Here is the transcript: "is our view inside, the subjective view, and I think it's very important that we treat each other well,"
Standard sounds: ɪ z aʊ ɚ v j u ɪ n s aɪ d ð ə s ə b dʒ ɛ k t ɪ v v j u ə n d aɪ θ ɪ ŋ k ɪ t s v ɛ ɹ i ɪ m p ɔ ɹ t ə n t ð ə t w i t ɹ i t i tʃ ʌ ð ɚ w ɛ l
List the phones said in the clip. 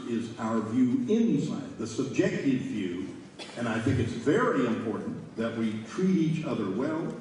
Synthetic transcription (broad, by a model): ɪ z aʊ ɚ v j u ɪ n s aɪ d ð ə s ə b dʒ ɛ k t ɪ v v j u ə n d aɪ θ ɪ ŋ k ɪ t s v ɛ ɹ i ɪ m p ɔ ɹ t n ð ə t w i t ɹ i t i tʃ ʌ ð ɚ w ɛ l